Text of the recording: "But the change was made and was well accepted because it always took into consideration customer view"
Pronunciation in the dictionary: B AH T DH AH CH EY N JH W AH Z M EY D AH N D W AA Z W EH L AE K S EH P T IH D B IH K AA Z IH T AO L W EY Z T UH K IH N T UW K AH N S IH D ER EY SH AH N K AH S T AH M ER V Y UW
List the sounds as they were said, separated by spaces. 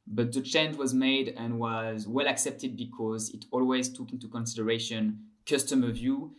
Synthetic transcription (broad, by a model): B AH T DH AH CH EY N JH W AH Z M EY D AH N W AA Z W EH L AE K S EH P T IH D B IH K AA Z IH T AO L W EY Z T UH K IH N T UW K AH N S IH D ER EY SH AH N K AH S T AH M ER V Y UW